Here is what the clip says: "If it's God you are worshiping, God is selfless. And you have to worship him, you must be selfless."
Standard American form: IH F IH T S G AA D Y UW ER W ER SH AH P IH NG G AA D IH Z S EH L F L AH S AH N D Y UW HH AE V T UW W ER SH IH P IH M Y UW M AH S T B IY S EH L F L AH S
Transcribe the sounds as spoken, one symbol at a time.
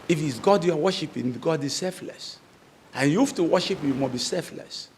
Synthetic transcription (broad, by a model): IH F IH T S G AA D Y UW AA W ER SH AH P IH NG G AA D IH Z S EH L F L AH S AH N Y UW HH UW F T UW W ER SH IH P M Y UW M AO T B IY S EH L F L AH S